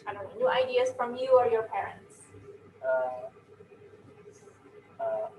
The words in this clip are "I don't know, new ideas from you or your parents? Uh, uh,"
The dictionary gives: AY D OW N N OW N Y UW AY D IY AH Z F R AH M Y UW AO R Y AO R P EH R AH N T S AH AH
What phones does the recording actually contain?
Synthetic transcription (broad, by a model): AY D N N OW N Y UW AY D IY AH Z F R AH M Y UW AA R Y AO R P EH R AH N T S AH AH